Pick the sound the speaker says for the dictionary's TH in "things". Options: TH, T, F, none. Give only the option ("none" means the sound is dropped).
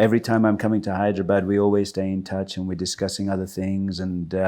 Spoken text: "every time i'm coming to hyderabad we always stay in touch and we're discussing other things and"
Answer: TH